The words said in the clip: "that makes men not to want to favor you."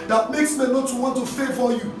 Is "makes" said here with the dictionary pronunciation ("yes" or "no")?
yes